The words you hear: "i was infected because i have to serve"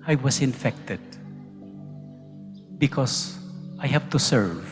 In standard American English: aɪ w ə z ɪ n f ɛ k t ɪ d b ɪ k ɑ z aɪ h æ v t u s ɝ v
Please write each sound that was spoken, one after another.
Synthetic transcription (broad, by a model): aɪ w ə s ɪ n f ɛ k t ɪ d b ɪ k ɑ s aɪ h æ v t u s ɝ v